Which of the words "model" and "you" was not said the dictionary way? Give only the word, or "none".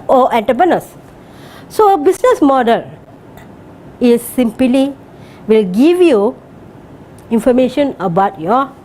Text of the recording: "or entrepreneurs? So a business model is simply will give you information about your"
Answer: none